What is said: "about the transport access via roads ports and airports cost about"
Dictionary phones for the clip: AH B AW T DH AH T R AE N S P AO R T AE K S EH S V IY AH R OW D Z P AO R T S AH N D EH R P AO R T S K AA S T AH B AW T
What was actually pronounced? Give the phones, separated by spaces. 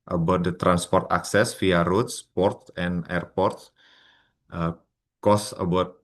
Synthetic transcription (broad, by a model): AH B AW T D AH T R AE N S P AO R T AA K S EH S F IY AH R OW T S P AO R T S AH N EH R P AO R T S K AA S AH B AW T